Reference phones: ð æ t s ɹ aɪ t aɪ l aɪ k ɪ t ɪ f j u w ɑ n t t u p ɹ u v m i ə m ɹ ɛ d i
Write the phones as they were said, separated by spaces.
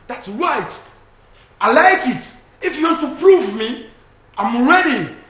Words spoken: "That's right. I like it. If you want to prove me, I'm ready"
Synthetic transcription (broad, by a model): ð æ t s ɹ aɪ t aɪ l aɪ k ɪ t ɪ f j u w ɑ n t t u p ɹ u v m i ə m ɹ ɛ d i